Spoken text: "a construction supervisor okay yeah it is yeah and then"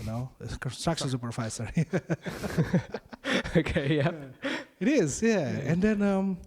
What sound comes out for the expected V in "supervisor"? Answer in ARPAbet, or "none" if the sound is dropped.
F